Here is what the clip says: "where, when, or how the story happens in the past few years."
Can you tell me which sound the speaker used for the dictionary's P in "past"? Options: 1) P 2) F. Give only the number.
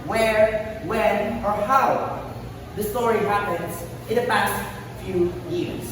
1